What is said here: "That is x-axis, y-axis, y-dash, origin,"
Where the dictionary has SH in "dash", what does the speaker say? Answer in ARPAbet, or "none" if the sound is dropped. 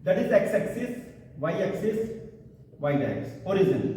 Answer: S